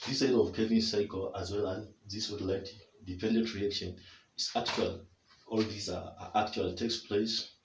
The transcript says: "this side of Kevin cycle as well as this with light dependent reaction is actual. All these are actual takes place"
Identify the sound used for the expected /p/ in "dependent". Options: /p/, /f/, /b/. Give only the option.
/p/